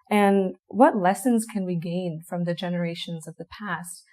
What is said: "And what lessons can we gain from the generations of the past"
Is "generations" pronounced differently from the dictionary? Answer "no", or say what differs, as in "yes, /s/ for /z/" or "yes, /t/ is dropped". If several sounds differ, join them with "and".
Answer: no